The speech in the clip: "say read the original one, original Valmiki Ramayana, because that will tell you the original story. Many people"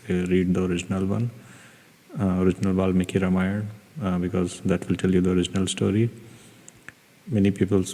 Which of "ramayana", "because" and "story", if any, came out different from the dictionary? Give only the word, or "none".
ramayana